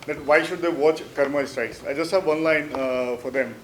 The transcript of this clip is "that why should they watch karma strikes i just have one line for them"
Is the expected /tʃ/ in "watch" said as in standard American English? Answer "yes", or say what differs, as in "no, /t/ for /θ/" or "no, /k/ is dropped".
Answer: yes